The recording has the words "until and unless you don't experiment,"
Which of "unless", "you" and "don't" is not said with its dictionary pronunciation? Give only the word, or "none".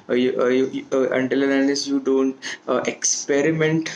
unless